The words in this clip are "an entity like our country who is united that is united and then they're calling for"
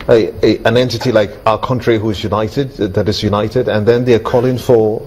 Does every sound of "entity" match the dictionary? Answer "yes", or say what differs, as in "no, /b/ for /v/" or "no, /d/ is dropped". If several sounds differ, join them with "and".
yes